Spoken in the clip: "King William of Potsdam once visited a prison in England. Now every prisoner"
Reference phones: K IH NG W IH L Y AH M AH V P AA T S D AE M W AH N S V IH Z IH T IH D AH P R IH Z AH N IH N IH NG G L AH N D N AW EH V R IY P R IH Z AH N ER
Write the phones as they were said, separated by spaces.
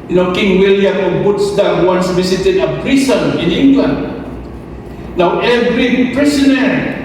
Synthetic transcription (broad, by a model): K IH NG W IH L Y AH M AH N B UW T S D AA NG W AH N S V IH S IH T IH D AH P R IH S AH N IH N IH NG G L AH N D N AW EH V R IY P R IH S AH N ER